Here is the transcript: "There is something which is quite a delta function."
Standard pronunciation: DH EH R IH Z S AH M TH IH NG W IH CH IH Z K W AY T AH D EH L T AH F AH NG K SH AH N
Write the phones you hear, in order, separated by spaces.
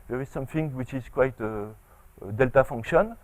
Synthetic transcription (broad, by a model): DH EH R IH Z S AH M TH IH NG W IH CH IH Z K W AY T AH D EH L T AH F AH NG K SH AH N